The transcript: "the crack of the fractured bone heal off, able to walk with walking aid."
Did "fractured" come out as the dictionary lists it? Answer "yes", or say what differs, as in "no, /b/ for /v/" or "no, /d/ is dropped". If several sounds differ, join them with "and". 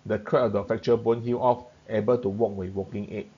no, /ɹ/ is dropped